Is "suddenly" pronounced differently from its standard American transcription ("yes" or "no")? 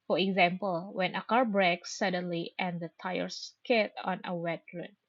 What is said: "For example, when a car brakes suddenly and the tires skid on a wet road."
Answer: no